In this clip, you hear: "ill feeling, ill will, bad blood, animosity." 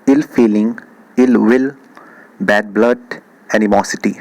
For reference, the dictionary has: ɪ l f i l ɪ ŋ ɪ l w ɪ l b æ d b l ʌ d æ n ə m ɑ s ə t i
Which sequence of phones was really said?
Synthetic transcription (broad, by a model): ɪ l f i l ɪ ŋ ɪ l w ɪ l b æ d b l ʌ d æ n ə m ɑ s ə t i